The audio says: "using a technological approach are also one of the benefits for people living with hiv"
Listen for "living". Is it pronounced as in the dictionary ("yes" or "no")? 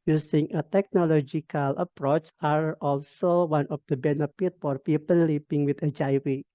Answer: no